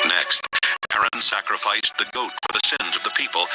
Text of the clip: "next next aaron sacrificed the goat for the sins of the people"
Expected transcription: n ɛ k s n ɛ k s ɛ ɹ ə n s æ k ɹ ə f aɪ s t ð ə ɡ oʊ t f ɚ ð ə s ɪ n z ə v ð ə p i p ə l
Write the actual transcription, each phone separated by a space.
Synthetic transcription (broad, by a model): n ɛ k s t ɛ ɛ ɹ ə n s æ k ɹ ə f aɪ s ð ə ɡ oʊ t f ɚ ð ə s ɪ n z ə v ð ə p i p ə l